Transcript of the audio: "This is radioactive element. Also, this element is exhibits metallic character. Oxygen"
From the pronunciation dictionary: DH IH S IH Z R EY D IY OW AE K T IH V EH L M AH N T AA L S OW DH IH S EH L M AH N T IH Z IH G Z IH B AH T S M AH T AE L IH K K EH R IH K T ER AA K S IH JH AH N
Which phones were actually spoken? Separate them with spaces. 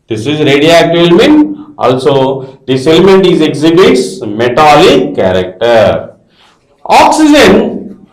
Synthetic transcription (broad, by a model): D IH S IH Z R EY D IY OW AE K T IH EH L M AH N T AA L S OW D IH S EH L M AH N T IH Z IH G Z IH B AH T S M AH T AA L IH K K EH R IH K T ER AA K S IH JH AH N